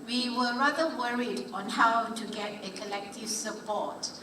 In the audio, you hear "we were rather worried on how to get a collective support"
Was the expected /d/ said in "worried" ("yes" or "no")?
yes